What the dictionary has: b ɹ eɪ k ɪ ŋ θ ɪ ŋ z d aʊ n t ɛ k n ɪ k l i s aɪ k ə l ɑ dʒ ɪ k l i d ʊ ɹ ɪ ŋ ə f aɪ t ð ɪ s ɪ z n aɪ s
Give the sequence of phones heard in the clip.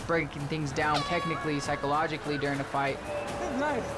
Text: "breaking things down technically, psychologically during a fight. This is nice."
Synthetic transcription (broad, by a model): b ɹ eɪ k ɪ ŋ θ ɪ ŋ z d aʊ n t ɛ k n ɪ k l i s aɪ k ə l ɑ dʒ ɪ k l i d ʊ ɹ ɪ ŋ ə f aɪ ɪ ɪ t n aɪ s